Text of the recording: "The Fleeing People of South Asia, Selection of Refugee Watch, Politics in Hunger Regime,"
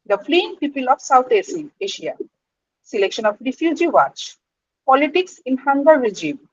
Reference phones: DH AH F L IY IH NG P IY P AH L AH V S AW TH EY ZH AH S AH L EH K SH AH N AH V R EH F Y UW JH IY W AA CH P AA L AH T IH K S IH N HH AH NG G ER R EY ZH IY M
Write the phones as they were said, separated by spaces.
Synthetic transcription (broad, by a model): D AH F L IY IH NG P IY P AH L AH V S AW T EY S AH S AH L EH K SH AH N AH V R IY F Y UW JH IY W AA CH P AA L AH T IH K S IH N HH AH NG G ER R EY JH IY M